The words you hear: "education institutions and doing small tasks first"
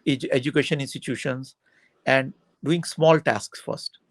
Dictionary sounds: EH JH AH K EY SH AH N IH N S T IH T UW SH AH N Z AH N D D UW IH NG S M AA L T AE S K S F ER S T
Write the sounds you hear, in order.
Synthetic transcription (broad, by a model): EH JH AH K EY SH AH N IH N S T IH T UW SH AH N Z AH N D D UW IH NG S M AA L T AE S K S F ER S T